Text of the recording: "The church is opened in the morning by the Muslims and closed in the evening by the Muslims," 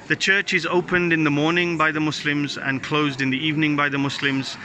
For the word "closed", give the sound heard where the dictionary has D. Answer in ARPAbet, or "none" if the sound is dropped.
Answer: D